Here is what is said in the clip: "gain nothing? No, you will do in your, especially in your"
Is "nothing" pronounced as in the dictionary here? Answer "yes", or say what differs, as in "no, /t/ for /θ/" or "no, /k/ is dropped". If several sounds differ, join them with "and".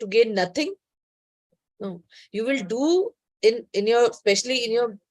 no, /t/ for /θ/